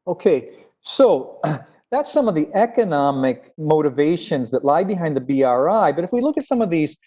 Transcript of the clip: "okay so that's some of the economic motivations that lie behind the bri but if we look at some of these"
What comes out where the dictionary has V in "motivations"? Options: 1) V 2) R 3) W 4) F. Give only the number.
1